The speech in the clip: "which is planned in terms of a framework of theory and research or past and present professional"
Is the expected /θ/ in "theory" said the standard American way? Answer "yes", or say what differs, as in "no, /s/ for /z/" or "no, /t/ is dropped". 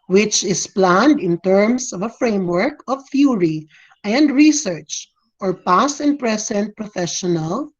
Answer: no, /f/ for /θ/